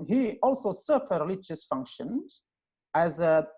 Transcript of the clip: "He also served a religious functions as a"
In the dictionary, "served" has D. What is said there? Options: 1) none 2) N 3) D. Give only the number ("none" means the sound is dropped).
1